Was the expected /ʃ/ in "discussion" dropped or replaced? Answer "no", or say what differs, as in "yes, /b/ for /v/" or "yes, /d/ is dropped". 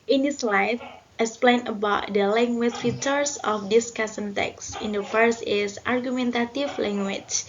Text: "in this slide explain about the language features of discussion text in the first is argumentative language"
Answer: yes, /s/ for /ʃ/